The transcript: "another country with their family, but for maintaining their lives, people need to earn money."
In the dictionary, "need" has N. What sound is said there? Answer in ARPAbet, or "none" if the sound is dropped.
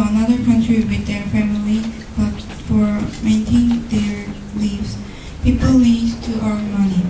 L